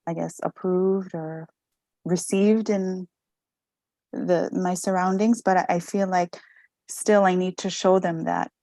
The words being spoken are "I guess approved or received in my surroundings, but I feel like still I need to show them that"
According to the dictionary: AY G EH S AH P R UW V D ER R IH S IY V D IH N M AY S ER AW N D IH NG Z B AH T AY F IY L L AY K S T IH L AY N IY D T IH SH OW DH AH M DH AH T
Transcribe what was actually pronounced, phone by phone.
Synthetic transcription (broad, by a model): AY G EH S AH P R UW V D ER R IH S IY V D IH N M AY S ER AW N D IH NG Z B AH T AY F IY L L AY K S T IH L AY N IY D T IH SH OW DH AH M DH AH T